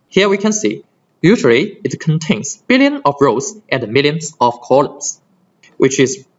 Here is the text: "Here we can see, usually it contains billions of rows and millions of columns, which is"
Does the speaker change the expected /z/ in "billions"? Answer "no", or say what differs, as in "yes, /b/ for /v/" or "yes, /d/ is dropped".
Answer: yes, /z/ is dropped